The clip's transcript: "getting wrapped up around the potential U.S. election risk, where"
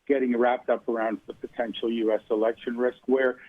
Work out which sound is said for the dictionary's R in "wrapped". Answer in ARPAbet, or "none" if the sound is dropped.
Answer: R